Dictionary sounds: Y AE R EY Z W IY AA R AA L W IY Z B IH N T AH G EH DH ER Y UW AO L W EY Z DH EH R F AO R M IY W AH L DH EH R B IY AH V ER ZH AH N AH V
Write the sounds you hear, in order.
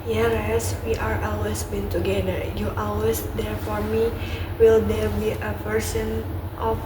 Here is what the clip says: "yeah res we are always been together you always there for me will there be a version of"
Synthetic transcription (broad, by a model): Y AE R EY S W IY AA R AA L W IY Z B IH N T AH G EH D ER Y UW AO L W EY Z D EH R F AO R M IY W AH L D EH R B IY AH P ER S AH N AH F